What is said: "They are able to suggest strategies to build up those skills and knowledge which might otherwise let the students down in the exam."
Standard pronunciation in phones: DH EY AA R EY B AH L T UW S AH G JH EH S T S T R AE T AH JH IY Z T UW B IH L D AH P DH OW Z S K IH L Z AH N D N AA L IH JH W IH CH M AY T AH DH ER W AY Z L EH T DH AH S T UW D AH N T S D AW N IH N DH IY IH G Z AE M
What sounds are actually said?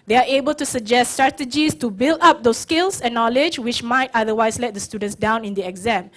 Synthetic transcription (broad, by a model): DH EY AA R EY B AH L T UW S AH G JH EH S S T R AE T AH JH IY S T UW B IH L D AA P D OW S K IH L S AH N N AA L IH JH W IH CH M AY T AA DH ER W AY S L EH T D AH S T UW D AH N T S D AW N IH N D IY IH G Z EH M